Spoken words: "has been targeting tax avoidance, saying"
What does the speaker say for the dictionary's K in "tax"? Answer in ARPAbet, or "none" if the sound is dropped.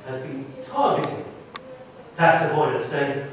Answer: K